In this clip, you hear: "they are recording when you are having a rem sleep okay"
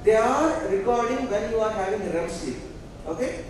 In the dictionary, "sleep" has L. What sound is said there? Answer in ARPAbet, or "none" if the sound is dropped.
none